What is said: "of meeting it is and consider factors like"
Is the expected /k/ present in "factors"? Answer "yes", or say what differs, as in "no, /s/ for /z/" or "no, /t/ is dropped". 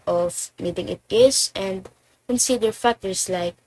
no, /k/ is dropped